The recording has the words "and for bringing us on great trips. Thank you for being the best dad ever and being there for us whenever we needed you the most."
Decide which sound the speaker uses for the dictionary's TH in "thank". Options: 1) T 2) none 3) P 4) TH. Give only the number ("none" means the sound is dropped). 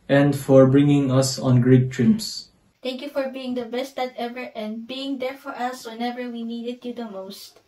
1